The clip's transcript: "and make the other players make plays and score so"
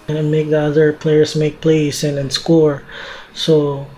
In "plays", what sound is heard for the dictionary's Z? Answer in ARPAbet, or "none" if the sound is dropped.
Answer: S